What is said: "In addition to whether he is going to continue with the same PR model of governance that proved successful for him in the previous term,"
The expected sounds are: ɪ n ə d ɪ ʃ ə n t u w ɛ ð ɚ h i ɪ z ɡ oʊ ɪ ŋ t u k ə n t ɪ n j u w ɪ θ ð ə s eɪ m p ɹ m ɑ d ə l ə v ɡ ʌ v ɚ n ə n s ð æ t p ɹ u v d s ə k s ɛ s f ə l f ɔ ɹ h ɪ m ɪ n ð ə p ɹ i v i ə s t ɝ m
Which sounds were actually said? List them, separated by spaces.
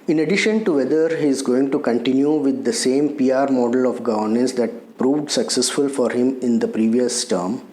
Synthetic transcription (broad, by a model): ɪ n ə d ɪ ʃ ə n t u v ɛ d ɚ h i ɪ z ɡ oʊ ɪ ŋ t u k ə n t ɪ n j u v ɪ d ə s eɪ m p ɹ m ɑ d ə l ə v ɡ ʌ v ɚ n ə n s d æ t p ɹ u v d s ə k s ɛ s f ə l f ɔ ɹ h ɪ m ɪ n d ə p ɹ i v i ə s t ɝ m